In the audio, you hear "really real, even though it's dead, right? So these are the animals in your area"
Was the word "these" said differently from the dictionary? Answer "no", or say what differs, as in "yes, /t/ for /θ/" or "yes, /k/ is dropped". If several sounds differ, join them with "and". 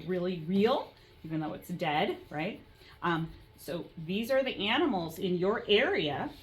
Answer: no